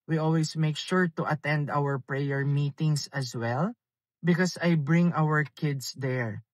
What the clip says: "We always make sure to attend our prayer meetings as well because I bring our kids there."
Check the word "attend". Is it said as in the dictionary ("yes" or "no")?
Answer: yes